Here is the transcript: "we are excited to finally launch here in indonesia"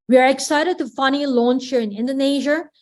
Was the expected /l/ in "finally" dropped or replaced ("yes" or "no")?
yes